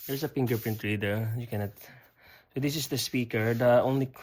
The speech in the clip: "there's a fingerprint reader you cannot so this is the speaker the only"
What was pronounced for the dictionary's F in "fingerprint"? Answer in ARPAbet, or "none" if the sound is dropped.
P